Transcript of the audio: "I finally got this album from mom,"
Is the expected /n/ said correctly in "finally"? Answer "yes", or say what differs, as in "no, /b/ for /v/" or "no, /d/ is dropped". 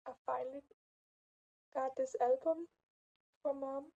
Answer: no, /n/ is dropped